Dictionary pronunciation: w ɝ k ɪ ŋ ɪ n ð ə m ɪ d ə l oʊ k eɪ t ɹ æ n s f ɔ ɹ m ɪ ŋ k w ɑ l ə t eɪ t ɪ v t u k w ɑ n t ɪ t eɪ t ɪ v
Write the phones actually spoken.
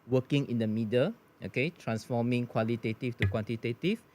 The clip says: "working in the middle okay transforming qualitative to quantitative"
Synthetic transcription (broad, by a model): w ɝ k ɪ ŋ ɪ n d ə m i d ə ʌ oʊ k eɪ t ɹ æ n s f ɔ m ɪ ŋ k w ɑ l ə t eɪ t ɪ f t u k w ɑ n t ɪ t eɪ t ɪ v